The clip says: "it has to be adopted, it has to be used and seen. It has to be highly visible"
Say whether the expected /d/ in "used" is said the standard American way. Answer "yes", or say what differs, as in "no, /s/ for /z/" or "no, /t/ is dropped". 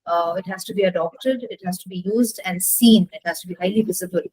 yes